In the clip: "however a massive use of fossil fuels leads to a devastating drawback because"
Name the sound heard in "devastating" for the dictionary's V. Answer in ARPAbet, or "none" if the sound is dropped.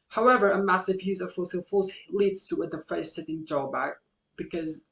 F